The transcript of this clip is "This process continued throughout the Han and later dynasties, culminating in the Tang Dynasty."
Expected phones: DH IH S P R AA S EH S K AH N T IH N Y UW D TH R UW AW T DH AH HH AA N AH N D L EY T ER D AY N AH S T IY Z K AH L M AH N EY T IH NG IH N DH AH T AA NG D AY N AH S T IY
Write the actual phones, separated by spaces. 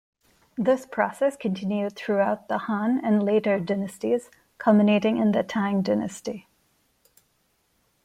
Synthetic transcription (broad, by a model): DH IH S P R AA S EH S K AH N T IH N Y UW D TH R UW AW T DH AH HH AA N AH N L EY T ER D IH N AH S T IY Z K AH L M AH N EY T IH NG IH N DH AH T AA NG D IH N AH S T IY